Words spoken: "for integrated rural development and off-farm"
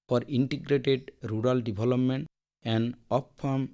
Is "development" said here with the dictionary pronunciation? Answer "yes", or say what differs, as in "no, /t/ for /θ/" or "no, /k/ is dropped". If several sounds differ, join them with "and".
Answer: no, /b/ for /v/